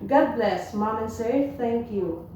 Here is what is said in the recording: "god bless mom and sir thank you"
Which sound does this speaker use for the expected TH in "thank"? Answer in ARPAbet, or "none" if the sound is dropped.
T